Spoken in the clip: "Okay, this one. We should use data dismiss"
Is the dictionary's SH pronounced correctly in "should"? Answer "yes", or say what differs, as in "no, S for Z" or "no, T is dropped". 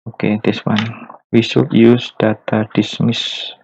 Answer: no, S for SH